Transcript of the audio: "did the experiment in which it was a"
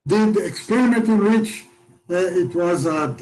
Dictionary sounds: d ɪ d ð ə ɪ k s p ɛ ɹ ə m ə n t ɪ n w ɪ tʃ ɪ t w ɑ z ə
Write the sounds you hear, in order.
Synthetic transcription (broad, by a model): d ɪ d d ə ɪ k s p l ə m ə t ɪ n w ɪ tʃ ɪ t w ɑ z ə